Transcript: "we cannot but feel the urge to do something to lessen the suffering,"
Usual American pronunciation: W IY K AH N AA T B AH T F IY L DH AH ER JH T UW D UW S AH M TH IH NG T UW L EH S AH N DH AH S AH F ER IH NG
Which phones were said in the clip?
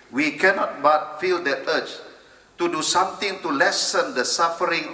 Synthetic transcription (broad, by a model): W IY K AH N AA T B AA T F IY L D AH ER CH T UW D UW S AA M T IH NG T UW L EH S AH N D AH S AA F ER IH NG